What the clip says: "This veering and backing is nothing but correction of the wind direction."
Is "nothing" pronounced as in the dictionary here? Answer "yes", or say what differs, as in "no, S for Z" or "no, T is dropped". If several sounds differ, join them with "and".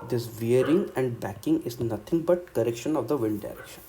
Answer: no, T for TH